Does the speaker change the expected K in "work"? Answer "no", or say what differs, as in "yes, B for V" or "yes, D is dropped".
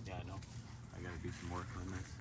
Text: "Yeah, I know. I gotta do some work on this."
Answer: yes, K is dropped